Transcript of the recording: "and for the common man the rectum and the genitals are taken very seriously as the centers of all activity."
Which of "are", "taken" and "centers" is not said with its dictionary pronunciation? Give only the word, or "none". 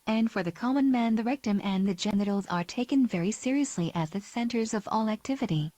none